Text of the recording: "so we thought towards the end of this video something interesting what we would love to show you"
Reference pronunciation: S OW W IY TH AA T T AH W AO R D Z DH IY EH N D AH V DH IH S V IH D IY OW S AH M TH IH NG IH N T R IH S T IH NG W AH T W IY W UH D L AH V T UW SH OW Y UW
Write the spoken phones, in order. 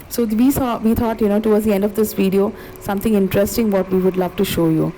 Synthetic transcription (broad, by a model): S OW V IY S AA T T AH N AO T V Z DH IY EH N D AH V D IH S V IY D IY OW S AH M T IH NG IH N T R IH S T IH NG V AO T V IY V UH D L AH V T UW SH OW Y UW